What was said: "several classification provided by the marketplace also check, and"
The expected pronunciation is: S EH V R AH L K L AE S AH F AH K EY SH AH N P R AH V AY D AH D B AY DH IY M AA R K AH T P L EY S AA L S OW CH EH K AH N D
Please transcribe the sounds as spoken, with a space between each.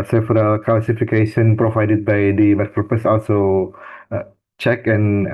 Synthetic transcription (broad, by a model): S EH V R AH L K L S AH F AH K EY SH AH N P R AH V AY D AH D B AY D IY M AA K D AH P EY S AA L S OW CH EH K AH N